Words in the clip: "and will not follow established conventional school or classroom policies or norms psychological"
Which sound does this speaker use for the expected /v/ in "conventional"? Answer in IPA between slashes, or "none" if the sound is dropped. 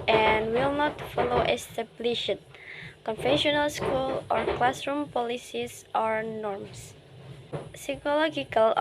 /f/